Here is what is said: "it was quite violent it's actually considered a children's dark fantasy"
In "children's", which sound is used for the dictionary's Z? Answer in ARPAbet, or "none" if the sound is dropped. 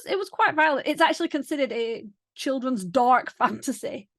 Z